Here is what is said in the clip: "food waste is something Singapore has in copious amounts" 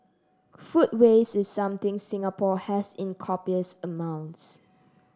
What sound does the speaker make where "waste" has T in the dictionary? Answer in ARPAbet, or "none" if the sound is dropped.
none